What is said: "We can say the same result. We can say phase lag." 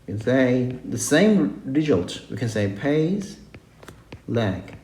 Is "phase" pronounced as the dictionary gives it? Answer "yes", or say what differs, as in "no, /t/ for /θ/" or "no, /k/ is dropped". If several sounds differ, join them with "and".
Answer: no, /p/ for /f/